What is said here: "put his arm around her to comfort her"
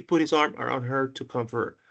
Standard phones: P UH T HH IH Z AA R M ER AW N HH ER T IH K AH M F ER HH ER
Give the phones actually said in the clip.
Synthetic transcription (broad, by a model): P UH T HH IH Z AA R M ER AW N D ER T IH K AH M F ER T